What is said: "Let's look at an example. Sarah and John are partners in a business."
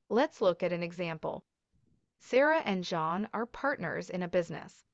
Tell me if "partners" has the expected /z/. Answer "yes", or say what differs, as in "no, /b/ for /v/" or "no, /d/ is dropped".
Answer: yes